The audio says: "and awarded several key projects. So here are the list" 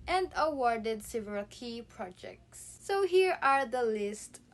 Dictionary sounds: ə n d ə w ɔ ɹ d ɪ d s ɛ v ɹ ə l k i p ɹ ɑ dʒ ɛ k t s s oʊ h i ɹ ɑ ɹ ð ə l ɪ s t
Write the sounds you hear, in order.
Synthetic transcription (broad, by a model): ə n d ə w ɔ ɹ d ɪ d s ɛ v ə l k i p ɹ ɑ dʒ ɛ k t s s oʊ h i ɹ ɑ ɹ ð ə l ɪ s t